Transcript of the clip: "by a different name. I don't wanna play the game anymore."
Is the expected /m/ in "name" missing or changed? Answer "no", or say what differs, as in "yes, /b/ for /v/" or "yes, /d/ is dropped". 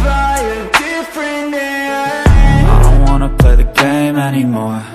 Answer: yes, /m/ is dropped